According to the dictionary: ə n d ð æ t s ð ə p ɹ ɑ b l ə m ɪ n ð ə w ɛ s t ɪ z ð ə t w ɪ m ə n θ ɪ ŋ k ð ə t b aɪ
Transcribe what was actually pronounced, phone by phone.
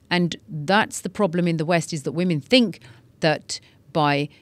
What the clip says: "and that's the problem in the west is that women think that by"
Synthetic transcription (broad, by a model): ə n ð æ t s ð ə p ɹ ɑ b l ə m ɪ n ð ə w ɛ s t ɪ z ð ə t w ɪ m ə n θ ɪ ŋ k ð ə t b aɪ